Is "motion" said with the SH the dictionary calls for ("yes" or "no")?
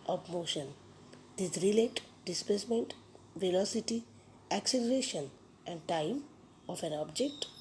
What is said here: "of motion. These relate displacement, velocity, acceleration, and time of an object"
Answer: yes